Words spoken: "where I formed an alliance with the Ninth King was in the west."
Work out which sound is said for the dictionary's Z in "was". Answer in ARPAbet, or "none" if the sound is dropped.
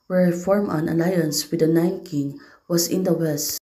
S